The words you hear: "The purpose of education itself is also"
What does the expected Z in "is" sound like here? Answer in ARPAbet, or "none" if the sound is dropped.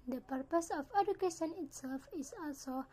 S